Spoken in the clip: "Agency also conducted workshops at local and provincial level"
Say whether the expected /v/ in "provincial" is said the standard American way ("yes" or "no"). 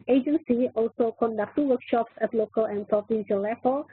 no